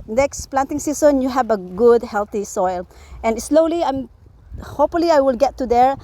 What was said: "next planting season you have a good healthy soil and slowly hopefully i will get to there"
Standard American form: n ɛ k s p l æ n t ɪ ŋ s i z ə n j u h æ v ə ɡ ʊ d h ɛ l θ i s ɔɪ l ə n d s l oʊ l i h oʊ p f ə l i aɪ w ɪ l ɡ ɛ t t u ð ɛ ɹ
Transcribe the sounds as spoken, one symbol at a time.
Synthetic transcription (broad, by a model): n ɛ k s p l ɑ n t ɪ ŋ s i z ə n j u h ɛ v ə ɡ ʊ d h ɛ l t i s ɔɪ l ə n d s l oʊ l i h oʊ p f ə l i aɪ w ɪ l ɡ ɛ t t u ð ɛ ɹ